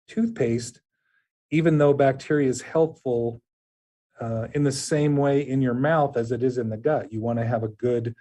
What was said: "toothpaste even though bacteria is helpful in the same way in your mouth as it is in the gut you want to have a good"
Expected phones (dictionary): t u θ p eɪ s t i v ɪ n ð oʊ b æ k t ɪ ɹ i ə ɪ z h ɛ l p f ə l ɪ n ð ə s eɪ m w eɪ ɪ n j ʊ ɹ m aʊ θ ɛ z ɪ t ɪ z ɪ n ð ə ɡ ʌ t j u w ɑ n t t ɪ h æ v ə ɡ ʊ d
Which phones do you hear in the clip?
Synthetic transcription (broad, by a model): t u θ p eɪ s t i v ɪ n ð oʊ b æ k t ɪ ɹ i ə ɪ z h ɛ l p f l ɪ n ð ə s eɪ m w eɪ ɪ n j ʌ ɹ m aʊ θ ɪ z ɪ t ɪ z ɪ n ð ə ɡ ʌ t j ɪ w ɑ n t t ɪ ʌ v ə ɡ ʊ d